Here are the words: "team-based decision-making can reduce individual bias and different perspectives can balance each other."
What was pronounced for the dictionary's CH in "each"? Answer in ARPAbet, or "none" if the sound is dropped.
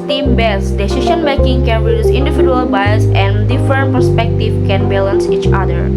CH